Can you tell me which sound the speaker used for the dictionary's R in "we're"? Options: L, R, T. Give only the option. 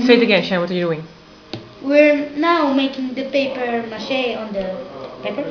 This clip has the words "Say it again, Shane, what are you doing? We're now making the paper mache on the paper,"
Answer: R